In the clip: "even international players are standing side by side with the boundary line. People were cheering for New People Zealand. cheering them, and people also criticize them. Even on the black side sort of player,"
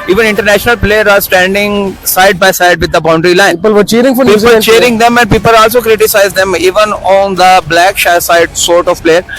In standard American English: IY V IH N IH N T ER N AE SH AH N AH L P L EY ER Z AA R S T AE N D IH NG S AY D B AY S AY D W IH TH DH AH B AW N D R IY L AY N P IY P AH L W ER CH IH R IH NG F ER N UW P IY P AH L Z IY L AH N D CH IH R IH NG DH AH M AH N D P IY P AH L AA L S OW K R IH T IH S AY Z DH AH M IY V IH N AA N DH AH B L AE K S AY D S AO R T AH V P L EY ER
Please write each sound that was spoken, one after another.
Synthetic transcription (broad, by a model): IY V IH N IH N T ER N AE SH AH N AH L P L EY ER AA R S T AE N D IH NG S AY D B AY S AY D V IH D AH B AW N D R IY L AY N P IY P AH L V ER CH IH R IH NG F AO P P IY AH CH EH R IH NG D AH M AH N D P IY P AH L AA L S OW K R IH T IH S AY Z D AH M IY V IH N AA N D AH B L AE K S AY D S AO R T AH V P L EY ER